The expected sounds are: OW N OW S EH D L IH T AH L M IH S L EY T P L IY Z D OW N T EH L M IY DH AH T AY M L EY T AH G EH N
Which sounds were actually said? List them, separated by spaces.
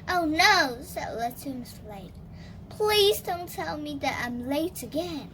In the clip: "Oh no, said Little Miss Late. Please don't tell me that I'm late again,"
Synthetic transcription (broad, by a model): OW N OW S EH D L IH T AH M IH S L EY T P L IY Z D OW N T EH L M IY DH AH T AY M L EY T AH G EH N